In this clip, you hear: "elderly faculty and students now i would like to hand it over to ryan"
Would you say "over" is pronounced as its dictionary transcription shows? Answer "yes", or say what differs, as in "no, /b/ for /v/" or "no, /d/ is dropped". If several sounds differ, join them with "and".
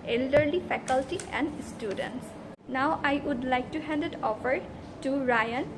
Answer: no, /f/ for /v/